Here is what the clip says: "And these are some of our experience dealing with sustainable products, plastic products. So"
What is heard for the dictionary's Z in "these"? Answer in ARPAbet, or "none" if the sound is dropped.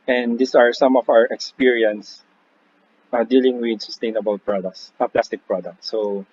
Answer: S